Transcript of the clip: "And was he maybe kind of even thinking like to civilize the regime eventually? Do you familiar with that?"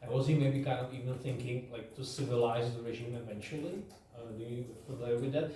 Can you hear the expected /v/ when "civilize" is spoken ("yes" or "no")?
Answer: yes